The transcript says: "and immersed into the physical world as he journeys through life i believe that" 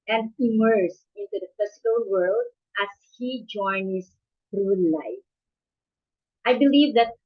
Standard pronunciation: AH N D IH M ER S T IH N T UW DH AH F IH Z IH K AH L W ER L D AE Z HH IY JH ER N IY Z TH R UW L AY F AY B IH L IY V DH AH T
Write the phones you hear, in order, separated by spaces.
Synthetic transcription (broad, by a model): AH N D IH M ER S IH N T UW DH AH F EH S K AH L W ER L D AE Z HH IY JH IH N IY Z TH R UW L AY F AY B IH L IY V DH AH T